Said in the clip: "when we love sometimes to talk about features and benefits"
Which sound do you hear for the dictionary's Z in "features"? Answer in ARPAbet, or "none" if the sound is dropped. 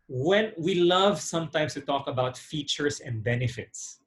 S